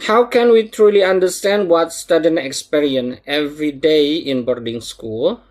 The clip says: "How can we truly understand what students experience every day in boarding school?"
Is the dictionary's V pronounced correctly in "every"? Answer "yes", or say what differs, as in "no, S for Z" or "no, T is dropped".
yes